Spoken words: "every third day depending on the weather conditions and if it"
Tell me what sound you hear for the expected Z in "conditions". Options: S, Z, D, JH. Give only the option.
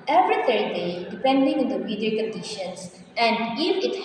S